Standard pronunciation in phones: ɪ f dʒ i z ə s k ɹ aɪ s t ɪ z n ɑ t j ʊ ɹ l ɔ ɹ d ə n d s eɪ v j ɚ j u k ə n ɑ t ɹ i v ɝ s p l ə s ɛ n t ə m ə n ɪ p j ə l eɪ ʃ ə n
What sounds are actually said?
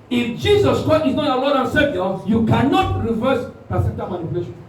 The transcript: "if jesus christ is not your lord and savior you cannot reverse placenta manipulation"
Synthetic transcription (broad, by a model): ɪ f dʒ i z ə s k ɹ aɪ s t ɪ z n ɑ t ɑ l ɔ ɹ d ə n s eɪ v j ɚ j u k ə n ɑ t ɹ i v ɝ s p ə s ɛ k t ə m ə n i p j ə l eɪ ʃ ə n